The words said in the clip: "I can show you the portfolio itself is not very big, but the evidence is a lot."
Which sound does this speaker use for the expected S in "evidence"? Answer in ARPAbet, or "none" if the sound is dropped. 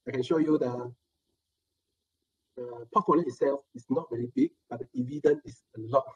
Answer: none